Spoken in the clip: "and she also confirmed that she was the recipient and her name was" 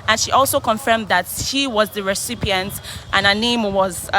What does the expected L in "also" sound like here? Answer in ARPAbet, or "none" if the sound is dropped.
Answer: L